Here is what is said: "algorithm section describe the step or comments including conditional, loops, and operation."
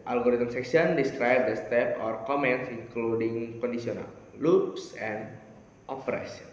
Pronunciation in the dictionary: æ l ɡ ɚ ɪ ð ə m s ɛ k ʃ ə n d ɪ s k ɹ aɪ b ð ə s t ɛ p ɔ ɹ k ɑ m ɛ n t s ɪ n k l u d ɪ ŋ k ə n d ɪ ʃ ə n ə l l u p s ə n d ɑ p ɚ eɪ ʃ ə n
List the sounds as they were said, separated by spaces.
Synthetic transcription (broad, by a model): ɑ l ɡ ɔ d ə m s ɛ k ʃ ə n d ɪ s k ɹ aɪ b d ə s t ɛ p ɔ ɹ k ɑ m ɛ n t s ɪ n k l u d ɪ ŋ k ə n d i s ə n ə l l u p s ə n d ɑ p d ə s